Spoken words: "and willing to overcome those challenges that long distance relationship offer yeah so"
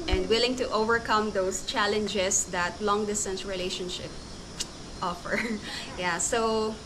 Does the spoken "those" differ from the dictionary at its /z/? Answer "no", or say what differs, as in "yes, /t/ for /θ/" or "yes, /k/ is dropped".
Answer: yes, /s/ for /z/